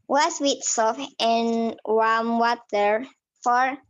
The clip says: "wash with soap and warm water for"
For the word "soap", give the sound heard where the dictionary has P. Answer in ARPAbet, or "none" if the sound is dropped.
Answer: F